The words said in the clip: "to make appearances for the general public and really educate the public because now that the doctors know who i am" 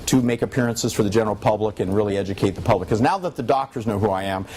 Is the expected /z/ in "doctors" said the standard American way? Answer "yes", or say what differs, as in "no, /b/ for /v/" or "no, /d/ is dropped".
yes